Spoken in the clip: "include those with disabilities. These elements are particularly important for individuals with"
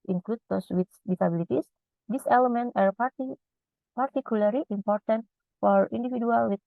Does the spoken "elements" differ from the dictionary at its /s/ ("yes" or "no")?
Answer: yes